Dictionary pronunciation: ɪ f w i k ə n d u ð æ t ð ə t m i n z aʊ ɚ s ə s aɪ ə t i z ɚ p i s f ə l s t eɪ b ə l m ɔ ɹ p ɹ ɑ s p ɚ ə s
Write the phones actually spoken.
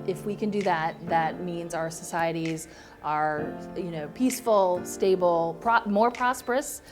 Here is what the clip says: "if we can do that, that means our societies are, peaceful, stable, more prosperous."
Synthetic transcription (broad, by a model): ɪ f w i k ə n d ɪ ð æ t ð ə t m i n z aʊ ɚ s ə s aɪ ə t i z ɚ p i s f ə l s t eɪ b l m ɔ ɹ p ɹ ɑ s p ɚ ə s